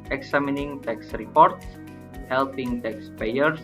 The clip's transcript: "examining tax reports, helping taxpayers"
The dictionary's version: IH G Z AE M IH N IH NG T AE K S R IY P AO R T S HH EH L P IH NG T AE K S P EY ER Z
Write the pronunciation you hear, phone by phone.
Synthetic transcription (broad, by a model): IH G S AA M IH N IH NG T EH K S R IY P AO R T S HH EH L P IH NG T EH K S P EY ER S